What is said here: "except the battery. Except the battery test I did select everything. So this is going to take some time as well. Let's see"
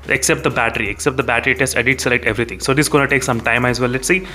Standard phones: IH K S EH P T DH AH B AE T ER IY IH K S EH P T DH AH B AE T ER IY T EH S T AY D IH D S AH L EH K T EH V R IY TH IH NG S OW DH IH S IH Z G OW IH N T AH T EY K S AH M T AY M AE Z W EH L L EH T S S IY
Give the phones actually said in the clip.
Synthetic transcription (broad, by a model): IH K S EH P T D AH B AE T ER IY IH K S EH P T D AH B AE T ER IY T EH S T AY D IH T S AH L EH K T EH V R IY T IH NG S OW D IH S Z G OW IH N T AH T EY K S AH M T AY M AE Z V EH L L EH T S S IY